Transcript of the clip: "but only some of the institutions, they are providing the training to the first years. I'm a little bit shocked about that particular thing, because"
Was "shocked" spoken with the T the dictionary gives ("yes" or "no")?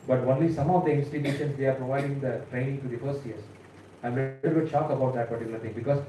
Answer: no